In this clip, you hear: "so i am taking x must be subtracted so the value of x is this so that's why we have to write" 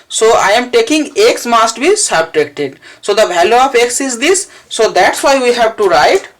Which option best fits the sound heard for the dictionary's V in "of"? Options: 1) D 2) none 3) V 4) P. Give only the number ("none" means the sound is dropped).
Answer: 4